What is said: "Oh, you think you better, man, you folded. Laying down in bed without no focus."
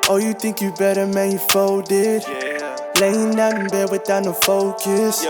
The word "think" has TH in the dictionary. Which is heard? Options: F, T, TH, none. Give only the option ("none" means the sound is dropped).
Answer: TH